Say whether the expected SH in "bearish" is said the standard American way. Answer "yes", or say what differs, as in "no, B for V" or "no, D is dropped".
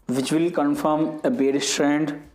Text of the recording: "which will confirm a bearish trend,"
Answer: no, S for SH